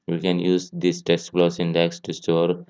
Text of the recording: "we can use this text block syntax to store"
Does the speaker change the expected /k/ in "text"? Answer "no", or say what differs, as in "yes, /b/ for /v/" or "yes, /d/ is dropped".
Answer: yes, /k/ is dropped